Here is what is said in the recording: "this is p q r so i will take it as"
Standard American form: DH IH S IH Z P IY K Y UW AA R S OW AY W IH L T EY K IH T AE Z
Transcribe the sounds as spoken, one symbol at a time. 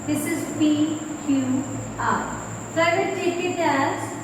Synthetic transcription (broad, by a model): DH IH S IH Z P IY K Y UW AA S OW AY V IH N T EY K IH T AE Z